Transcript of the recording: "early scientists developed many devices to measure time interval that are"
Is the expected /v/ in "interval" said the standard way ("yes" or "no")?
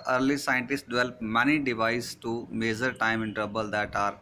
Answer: no